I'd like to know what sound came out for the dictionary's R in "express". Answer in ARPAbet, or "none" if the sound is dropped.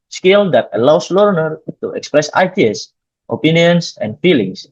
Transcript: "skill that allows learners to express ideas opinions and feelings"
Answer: R